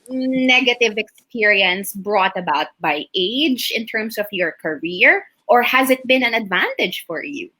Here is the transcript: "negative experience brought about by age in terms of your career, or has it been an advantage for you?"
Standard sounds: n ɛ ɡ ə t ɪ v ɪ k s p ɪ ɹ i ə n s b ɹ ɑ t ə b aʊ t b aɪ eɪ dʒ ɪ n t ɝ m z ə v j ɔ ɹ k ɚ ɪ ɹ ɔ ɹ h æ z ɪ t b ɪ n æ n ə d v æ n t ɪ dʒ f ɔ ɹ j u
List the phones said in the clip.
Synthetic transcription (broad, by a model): n ɛ ɡ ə t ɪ v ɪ k s p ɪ ɹ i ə n s b ɹ ɑ t ə b aʊ t b aɪ eɪ dʒ ɪ n t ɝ m s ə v j ɔ ɹ k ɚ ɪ ɹ ɔ ɹ h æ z ɪ t b ɪ n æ n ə d v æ n t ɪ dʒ f ɔ ɹ j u